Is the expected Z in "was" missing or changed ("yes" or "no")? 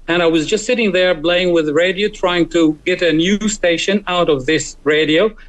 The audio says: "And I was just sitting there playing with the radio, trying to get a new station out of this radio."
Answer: no